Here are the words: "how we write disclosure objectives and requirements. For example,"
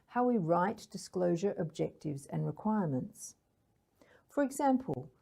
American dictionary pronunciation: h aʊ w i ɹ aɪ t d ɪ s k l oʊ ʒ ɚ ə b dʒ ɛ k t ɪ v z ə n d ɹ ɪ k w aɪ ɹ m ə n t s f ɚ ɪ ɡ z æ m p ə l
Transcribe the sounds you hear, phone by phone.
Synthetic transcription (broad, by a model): h aʊ w i ɹ aɪ t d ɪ s k l oʊ ʒ ɚ ə b dʒ ɛ k t ɪ v z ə n ɹ ɪ k w aɪ ɹ m ə n t s f ɚ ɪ ɡ z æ m p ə l